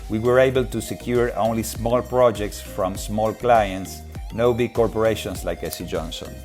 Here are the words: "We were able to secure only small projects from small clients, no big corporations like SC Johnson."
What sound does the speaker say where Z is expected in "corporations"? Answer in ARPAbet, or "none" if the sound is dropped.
S